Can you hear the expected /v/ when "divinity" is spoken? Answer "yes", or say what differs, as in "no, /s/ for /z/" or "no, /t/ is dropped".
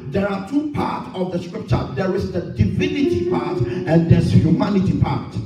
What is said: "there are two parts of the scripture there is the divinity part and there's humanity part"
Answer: yes